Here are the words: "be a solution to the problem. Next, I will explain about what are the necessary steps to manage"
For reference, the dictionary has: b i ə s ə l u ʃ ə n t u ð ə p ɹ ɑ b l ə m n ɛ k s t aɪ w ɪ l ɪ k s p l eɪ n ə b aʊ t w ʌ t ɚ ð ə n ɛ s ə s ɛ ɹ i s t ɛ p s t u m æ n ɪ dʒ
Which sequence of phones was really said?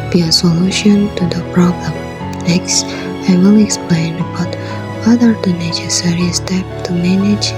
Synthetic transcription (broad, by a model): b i ə s ə l u ʃ ə n t u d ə p ɹ ɑ b l ə m n ɛ k s t aɪ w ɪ l ɪ k s p l eɪ n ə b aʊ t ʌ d ɚ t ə n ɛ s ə s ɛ ɹ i s t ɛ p t u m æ n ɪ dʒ